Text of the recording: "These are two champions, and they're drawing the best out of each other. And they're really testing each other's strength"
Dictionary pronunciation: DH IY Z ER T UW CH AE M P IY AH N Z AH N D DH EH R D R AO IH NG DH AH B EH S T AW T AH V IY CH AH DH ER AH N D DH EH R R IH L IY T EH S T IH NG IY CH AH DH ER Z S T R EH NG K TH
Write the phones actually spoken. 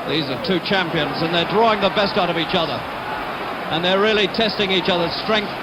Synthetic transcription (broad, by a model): DH IY Z ER T UW CH AE M P IY AH N Z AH N DH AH R D R AO IH NG DH AH B EH S T AW T AH V IY CH AH DH ER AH N DH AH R R IH L IY T EH S T IH NG IY CH AH DH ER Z S T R EH NG K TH